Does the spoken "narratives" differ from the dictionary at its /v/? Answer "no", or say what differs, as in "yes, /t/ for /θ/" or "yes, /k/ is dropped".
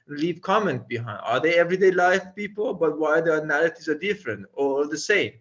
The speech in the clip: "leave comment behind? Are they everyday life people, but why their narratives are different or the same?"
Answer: yes, /v/ is dropped